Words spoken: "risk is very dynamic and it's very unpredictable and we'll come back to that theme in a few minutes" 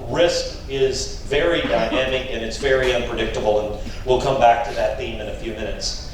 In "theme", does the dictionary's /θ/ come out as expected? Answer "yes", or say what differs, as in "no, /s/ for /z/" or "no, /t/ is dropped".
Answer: yes